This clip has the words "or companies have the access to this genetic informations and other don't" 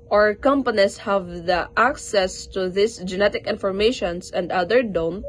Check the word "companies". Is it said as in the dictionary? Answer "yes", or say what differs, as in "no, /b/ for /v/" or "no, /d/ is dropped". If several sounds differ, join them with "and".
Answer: no, /s/ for /z/